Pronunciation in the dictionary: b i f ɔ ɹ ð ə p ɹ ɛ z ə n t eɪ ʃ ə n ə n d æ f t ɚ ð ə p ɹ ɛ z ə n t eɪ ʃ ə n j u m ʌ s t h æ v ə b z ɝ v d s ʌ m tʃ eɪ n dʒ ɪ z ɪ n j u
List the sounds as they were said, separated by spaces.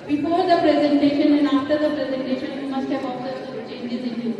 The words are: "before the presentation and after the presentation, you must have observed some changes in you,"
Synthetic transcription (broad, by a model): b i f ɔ ɹ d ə p ɹ ɛ z ə n t eɪ ʃ ə n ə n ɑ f t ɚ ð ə p ɹ ɛ z ə n t eɪ ʃ ə n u m ʌ s t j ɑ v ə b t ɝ d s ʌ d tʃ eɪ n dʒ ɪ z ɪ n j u